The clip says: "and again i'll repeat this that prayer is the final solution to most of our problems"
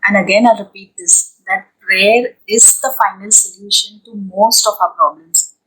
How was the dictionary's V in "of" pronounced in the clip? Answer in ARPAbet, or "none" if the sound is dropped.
P